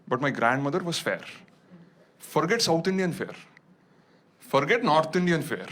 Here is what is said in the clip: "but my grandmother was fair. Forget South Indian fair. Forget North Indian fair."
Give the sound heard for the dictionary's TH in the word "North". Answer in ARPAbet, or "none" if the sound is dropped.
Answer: T